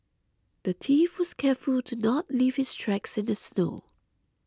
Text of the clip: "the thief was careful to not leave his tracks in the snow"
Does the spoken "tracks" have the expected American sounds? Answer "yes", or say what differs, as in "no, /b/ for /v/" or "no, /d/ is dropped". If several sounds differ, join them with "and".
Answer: yes